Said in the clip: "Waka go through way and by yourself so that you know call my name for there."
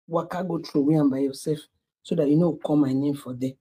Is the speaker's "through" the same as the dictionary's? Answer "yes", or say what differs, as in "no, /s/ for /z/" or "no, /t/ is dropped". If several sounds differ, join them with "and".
no, /t/ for /θ/